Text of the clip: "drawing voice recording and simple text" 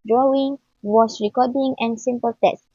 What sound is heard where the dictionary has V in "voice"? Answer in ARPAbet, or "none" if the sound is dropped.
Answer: W